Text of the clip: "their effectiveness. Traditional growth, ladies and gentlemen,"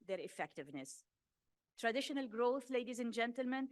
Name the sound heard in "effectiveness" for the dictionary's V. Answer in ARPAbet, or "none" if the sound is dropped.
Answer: V